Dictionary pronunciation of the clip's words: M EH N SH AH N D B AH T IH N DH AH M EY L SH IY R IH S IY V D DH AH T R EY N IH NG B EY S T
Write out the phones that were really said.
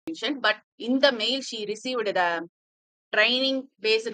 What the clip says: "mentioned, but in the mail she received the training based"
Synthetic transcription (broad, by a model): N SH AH N B AH T IH N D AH M EY L SH IY R IH S IY V D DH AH T R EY N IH NG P EY S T